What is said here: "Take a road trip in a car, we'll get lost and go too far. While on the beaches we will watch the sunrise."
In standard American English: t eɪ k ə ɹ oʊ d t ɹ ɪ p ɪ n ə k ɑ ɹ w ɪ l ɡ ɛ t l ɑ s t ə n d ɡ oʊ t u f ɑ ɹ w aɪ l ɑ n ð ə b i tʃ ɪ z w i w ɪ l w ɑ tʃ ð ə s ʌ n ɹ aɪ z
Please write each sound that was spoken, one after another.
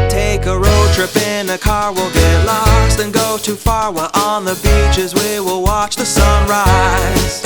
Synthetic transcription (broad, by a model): t eɪ k ə ɹ oʊ d t ɹ ɪ p ɪ n ə k ɑ ɹ w ɪ l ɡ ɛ l ɑ s t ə n ɡ oʊ t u f ɑ ɹ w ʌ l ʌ n ð ə b i tʃ ɪ z w i w ɪ l w ɑ tʃ ð ə s ʌ n ɹ aɪ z